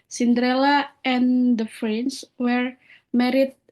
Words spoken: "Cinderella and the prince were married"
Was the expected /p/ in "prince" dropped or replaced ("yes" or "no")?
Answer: yes